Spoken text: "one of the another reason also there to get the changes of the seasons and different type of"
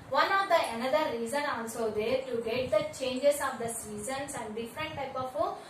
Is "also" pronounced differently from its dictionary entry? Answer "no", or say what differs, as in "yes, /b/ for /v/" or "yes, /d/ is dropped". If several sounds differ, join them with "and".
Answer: yes, /n/ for /l/